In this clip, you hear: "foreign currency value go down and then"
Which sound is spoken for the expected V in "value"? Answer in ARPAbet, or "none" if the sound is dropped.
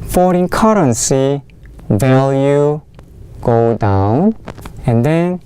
V